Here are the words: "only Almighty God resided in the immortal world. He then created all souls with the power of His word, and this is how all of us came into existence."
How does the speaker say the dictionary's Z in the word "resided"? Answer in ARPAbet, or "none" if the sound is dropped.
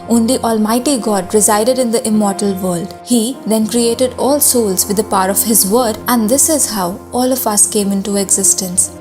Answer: Z